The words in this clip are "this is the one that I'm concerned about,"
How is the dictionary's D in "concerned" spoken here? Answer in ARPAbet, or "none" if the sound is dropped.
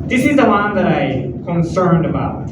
D